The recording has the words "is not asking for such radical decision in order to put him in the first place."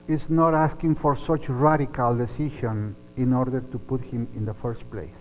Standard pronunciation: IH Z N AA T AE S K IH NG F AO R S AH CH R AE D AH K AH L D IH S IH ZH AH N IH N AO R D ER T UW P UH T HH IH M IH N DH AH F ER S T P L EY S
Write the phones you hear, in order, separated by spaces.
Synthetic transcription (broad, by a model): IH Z N AA T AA S K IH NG F AO R S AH CH R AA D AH K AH L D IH S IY SH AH N IH N AO R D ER T UW P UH T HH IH M IH N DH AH F ER S T P L EY S